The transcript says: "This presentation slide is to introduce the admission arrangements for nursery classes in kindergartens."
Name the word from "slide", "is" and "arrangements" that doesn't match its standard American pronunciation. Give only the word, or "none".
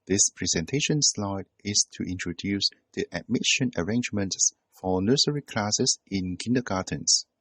is